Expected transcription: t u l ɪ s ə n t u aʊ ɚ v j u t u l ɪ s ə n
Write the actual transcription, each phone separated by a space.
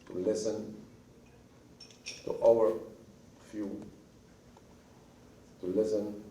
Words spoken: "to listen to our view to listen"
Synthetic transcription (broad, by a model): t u l ɪ s ə n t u aʊ ɚ f j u t u l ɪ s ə n